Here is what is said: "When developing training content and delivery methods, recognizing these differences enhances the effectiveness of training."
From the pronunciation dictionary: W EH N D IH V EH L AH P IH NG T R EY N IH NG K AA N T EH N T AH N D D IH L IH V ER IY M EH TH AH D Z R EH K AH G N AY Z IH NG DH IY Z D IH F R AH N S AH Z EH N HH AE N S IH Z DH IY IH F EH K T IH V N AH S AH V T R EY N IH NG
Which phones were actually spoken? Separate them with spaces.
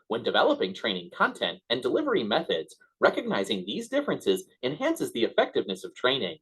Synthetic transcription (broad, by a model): W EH N D IH V EH L AH P IH NG T R EY N IH NG K AA N T EH N T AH N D D IH L IH V ER IY M EH TH AH D Z R EH K AH G N AY Z IH NG DH IY Z D IH F R AH N S AH Z EH N HH AE N S IH Z DH IY IH F EH K T IH V N AH S AH V T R EY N IH NG